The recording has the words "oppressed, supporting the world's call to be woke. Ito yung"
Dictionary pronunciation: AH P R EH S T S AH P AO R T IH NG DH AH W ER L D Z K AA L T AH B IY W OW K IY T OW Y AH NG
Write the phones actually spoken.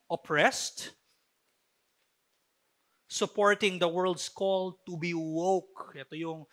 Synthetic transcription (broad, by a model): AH P R EH S T S AH P AO R T IH NG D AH W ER L D S K AA L T AH B IY W OW K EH T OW Y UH NG